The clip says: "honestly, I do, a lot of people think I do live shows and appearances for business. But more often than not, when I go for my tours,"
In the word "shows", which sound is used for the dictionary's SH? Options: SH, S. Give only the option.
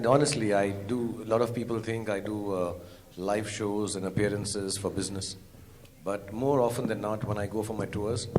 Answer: SH